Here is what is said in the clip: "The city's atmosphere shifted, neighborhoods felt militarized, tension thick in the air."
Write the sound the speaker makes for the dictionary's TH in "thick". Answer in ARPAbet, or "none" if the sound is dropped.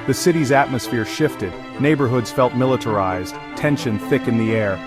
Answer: TH